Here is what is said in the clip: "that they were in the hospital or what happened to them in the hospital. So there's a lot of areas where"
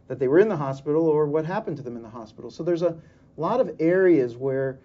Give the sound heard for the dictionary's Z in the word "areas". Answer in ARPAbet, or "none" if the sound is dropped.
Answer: Z